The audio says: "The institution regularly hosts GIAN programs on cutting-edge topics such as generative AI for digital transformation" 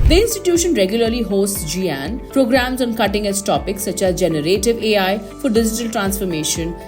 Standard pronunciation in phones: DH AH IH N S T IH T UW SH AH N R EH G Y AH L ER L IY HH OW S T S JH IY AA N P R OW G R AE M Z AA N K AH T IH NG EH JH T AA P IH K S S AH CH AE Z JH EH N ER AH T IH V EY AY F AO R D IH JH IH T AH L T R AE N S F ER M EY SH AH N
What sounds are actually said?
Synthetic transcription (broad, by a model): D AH IH N S T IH T UW SH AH N R EH G Y AH L ER L IY HH OW S T S JH IY AA N P R OW G R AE M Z AA N K AH T IH NG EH Z T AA P IH K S S AH CH AE Z JH EH N ER AH T IH V EY AY F AO R D IH JH IH T AH L T R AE N S F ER M EY SH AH N